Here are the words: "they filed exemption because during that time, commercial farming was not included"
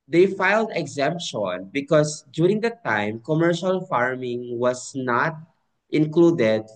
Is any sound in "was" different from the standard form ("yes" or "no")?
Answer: yes